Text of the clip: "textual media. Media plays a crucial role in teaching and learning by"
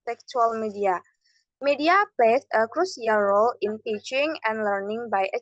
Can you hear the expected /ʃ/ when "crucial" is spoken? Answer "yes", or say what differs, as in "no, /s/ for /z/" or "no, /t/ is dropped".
no, /s/ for /ʃ/